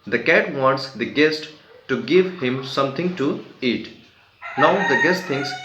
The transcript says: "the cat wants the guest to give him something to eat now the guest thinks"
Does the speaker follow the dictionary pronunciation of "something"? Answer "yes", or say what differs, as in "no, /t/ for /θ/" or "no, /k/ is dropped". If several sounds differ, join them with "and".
no, /t/ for /θ/